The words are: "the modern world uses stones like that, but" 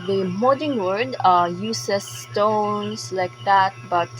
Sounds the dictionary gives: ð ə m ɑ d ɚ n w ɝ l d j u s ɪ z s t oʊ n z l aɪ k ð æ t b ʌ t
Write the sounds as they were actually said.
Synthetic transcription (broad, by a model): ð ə m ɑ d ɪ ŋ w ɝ d j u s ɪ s t oʊ n s l aɪ k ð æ t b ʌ t